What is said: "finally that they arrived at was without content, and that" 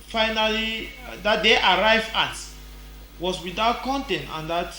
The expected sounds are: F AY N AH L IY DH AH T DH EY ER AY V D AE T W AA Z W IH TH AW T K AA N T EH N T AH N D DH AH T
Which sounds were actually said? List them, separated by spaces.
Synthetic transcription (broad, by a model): F AY N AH L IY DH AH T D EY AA AY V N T W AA S W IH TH AW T K AA N T EH N T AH N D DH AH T